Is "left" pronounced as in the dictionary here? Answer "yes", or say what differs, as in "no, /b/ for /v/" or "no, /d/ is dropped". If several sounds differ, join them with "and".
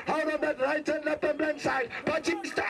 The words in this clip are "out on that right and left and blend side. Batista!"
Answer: no, /p/ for /f/